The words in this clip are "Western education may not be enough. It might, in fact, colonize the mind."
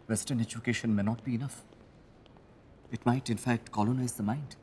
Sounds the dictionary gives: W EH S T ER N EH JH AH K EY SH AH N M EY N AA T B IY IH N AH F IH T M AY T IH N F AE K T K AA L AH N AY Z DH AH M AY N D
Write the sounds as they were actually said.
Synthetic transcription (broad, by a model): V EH S T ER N EH JH AH K EY SH AH N M EY N AA T B IY IH N AH F IH T M AY T IH N F AE K T K AA L AH N AY Z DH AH M AY N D